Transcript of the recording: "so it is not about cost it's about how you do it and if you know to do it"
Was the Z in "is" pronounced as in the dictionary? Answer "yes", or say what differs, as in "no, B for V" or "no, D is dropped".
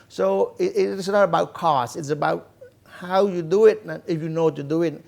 no, S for Z